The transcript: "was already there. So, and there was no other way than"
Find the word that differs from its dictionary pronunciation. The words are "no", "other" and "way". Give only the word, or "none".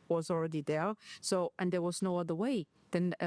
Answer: none